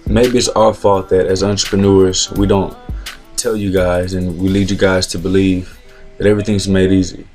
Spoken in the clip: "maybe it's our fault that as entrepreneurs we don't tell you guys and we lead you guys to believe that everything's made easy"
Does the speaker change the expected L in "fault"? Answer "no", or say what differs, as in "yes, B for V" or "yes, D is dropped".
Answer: yes, L is dropped